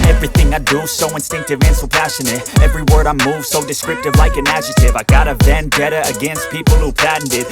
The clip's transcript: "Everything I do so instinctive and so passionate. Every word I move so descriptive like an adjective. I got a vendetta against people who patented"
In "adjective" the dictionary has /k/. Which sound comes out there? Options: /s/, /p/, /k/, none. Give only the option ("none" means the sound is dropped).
none